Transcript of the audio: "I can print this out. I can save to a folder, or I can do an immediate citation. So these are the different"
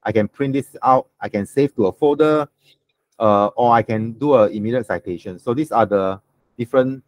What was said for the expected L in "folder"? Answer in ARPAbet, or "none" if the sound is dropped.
none